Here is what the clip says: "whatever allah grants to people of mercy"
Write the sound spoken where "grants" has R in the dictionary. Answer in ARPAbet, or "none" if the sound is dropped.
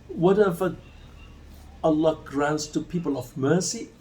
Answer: R